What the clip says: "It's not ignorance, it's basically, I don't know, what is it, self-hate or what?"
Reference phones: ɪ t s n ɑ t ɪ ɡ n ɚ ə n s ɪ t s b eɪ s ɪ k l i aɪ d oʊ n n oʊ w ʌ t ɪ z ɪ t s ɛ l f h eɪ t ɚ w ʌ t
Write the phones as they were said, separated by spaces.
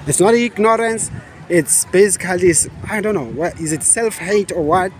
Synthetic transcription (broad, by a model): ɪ t s n ɑ t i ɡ n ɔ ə n s ɪ t s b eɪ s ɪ k l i aɪ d oʊ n n oʊ w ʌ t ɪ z ɪ t s ɛ l f h eɪ t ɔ w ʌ t